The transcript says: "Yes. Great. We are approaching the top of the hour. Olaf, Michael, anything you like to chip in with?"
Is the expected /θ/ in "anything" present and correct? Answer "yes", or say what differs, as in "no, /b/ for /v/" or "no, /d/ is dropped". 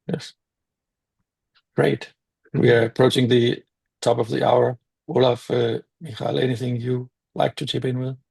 yes